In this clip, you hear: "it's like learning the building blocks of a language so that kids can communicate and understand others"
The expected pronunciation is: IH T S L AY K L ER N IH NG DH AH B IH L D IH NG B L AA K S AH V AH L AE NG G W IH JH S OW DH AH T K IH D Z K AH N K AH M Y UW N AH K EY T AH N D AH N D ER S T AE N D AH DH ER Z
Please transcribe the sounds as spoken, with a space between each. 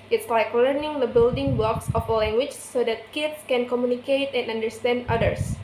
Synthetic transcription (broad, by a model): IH T S L AY K L ER N IH NG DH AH B IH L D IH NG B L AA K S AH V AH L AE NG G W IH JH S OW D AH T K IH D S K AH N K AH M Y UW N AH K EY T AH N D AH N D ER S T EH N D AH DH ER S